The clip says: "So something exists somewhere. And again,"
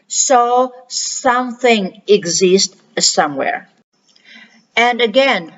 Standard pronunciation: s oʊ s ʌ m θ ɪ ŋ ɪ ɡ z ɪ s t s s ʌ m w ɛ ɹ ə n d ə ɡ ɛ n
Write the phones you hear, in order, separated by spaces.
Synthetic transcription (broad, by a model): s oʊ s ʌ m θ ɪ ŋ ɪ ɡ z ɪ s t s s ʌ m w ɛ ɹ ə n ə ɡ ɛ n